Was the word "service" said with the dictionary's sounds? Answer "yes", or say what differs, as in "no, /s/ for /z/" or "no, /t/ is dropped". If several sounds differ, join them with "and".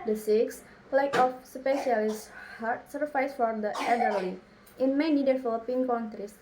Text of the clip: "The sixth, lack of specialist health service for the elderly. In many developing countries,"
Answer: no, /f/ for /v/